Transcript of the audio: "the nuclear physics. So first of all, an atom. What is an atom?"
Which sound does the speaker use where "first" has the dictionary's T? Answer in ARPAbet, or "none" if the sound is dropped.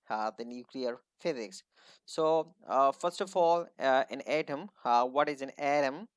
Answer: T